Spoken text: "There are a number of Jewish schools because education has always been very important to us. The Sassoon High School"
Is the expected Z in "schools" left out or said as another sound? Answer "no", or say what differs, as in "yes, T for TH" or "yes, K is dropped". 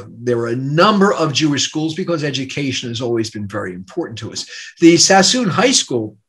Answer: no